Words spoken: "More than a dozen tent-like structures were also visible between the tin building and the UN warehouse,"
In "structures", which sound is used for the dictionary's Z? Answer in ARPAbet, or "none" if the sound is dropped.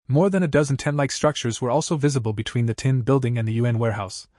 Z